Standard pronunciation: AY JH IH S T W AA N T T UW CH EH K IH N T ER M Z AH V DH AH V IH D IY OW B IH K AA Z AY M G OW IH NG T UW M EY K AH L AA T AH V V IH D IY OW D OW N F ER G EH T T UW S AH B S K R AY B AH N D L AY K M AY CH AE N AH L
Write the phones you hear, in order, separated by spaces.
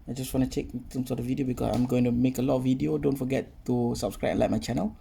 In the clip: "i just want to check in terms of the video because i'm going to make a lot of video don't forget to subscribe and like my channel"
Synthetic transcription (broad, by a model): AY JH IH S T W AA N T T UW CH EH K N S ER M S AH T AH V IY D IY OW B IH K AA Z AY M G OW IH NG T UW M EY K AH L AA T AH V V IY D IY OW D OW N F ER G EH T T UW S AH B S K R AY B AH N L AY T M AY CH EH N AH L